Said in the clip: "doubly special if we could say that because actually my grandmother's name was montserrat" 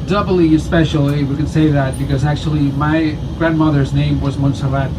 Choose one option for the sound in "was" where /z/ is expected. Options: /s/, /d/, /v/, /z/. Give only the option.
/z/